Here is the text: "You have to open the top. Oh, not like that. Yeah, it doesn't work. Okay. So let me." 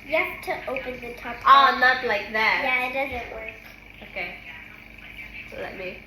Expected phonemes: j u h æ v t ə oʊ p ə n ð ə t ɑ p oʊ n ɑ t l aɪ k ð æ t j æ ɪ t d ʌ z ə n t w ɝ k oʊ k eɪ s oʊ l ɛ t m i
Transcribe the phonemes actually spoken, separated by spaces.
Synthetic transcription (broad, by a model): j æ p t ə oʊ p ə n ð ə t ɑ p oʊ n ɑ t l aɪ k ð æ t j æ ɪ t d ʌ z ə n t w ɝ k oʊ k eɪ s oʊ l ɛ t m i